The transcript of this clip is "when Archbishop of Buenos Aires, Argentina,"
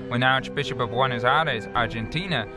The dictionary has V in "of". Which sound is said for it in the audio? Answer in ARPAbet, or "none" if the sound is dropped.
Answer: V